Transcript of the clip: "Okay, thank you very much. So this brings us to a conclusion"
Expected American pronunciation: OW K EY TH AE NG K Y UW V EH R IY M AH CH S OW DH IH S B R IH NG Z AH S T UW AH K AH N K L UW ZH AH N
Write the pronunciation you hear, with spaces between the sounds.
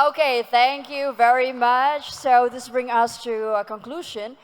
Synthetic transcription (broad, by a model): OW K EY TH AE NG K Y UW V EH R IY M AH CH S OW DH IH S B R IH NG AH S T UW AH K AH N K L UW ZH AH N